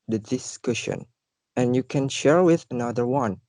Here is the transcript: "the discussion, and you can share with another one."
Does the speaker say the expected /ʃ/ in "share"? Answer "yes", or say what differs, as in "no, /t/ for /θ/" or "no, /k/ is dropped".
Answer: yes